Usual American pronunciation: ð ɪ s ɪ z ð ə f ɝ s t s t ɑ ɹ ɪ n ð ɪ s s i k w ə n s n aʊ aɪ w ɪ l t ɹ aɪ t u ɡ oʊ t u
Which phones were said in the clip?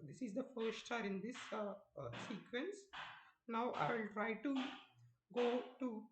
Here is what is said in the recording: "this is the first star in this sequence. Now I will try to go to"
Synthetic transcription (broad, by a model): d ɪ s ɪ z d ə f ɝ t s t ɑ ɹ ɪ n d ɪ s s i k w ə n s n aʊ aɪ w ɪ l t ɹ aɪ t u ɡ oʊ t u